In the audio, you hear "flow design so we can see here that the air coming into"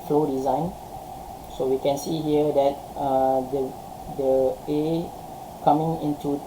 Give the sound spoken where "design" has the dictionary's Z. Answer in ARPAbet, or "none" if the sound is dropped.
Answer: Z